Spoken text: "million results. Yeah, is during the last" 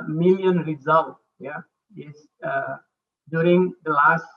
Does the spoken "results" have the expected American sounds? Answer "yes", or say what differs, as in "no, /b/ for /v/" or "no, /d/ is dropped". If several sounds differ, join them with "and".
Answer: no, /s/ is dropped